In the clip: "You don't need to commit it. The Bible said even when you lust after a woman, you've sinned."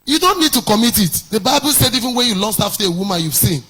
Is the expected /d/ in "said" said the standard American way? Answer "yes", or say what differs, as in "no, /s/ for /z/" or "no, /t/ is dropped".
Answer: yes